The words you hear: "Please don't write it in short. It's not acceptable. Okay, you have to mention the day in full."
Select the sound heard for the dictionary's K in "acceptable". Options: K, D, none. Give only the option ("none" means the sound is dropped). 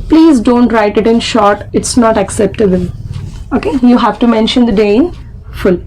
K